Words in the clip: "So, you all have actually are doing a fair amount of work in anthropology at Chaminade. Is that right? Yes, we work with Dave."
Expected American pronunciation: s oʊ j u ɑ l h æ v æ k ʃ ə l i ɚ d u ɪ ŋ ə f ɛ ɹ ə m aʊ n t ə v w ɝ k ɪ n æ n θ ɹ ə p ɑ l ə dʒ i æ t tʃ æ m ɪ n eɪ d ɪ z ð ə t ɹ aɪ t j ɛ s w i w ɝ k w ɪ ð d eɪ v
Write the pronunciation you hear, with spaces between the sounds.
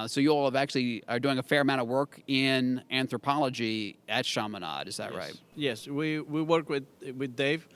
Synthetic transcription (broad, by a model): s oʊ j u ɑ l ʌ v æ k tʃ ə l i ɚ d u ɪ ŋ ə f ɛ ɹ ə m aʊ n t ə v w ɝ k ɪ n æ n θ ɹ ə p ɑ l ə dʒ i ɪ t ʃ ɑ m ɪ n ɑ d ɪ z ð ə t ɹ aɪ t j ɛ s w i w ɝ k w ɪ ð d eɪ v